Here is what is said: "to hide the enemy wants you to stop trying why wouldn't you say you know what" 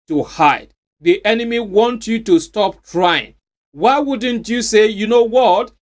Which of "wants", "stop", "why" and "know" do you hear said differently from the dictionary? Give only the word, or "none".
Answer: wants